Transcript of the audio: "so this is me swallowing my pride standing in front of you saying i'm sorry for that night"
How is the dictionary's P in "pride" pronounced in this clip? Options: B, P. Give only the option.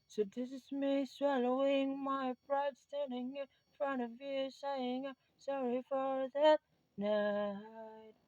B